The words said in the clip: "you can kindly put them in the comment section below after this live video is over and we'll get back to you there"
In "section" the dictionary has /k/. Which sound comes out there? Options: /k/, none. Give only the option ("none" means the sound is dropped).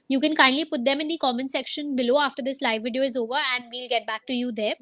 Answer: /k/